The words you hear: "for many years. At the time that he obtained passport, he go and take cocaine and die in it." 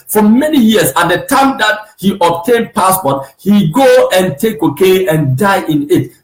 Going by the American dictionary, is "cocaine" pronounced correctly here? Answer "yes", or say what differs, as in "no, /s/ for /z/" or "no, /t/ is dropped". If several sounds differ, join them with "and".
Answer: no, /n/ is dropped